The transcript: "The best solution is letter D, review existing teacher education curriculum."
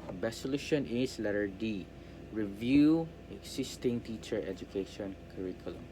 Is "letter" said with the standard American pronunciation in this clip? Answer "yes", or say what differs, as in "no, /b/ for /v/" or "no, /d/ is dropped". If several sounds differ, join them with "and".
yes